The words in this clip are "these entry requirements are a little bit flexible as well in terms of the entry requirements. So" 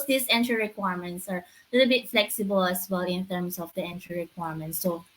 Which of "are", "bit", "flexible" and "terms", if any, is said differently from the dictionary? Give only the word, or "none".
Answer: terms